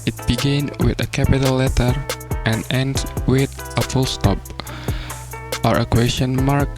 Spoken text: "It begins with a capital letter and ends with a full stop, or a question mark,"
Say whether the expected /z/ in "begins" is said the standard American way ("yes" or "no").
no